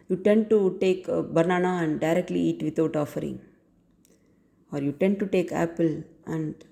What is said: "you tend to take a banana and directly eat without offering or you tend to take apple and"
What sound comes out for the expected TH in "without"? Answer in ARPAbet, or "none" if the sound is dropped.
T